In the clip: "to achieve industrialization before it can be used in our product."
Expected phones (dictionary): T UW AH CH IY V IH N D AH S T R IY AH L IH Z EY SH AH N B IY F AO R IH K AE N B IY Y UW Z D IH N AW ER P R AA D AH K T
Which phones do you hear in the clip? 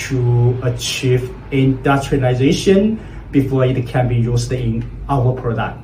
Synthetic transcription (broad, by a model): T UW AH CH IY V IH N D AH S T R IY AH IH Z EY SH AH N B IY F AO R IH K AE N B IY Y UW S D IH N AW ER P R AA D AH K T